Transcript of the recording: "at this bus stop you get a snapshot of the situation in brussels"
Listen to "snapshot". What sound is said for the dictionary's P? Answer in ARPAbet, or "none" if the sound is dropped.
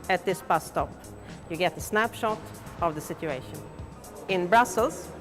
P